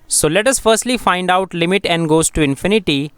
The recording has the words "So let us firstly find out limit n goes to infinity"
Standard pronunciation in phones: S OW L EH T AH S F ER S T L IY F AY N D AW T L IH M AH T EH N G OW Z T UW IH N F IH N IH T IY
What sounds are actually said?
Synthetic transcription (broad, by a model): S OW L EH T AH S F ER S T L IY F AY N D AW T L IH M AH T EH N G OW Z T UW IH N F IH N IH T IY